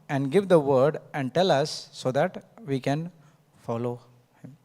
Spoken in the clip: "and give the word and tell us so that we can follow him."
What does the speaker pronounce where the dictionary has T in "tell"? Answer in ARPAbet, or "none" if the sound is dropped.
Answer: T